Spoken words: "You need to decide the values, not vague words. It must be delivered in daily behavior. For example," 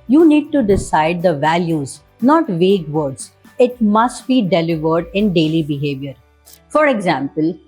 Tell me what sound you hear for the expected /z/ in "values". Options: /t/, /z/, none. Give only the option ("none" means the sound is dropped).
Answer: /z/